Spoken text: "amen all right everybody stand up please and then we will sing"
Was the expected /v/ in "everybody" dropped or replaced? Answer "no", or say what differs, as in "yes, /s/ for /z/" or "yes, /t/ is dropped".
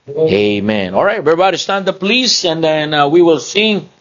yes, /v/ is dropped